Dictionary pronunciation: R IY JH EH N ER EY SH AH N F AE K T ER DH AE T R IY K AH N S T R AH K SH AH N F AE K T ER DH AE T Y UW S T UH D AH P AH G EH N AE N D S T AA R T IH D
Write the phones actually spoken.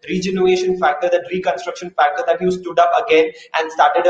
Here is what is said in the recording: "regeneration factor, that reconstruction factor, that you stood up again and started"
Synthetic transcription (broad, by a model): R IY JH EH N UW EY SH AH N F AE K T ER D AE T R IY K AH N S T R AH K SH AH N F AE K T ER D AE T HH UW S T UH D AH P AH G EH N AE N D S T AA R T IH D